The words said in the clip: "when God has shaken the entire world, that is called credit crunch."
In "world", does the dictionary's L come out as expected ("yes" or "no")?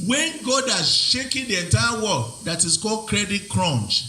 no